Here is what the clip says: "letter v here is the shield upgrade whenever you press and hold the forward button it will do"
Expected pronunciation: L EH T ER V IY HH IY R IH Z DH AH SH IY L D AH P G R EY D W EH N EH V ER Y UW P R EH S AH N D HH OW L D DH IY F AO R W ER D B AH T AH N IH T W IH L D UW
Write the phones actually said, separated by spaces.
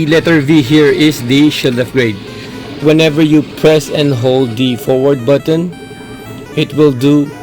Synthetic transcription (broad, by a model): L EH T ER V IY HH IY R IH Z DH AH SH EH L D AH F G R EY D W EH N EH V ER Y UW P R EH S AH N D HH OW L D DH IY F AO R W ER D B AH T AH N IH T W IH L D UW